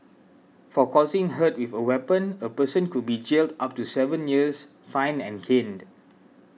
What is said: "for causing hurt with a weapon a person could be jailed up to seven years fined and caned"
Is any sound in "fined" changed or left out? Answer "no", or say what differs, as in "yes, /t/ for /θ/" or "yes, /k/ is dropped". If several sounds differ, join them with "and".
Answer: yes, /d/ is dropped